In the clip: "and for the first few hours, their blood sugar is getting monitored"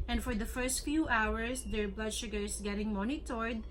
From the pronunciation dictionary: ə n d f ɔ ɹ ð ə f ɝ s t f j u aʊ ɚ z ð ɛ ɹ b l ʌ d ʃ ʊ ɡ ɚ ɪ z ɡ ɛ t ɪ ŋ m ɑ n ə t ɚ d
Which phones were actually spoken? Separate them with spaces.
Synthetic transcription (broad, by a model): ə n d f ɔ ɹ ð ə f ɝ s t f j u aʊ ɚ s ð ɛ ɹ b l ʌ d ʃ ʊ ɡ ɚ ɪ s ɡ ɛ t ɪ ŋ m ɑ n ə t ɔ d